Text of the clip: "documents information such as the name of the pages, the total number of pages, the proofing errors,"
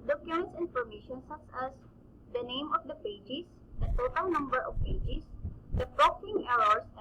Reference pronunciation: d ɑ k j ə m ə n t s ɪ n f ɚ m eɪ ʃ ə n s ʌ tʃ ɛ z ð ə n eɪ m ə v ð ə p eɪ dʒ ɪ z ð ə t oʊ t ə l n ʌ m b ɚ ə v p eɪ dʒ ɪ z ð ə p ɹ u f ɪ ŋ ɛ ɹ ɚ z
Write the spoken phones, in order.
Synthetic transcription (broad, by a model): d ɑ k j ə m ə n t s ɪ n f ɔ m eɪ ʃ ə n s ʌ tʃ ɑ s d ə n eɪ m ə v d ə p eɪ dʒ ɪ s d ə t oʊ t ə l n ʌ m b ɚ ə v p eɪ dʒ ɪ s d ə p ɹ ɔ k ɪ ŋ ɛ ɹ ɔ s